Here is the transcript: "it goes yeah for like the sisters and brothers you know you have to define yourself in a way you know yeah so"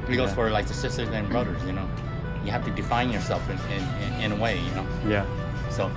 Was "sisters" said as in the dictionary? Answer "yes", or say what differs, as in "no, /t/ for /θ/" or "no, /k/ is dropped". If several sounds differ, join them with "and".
yes